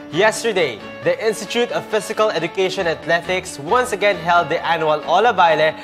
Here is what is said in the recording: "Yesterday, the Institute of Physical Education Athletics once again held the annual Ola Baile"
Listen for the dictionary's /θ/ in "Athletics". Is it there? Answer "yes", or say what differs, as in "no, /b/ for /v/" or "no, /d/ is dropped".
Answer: no, /t/ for /θ/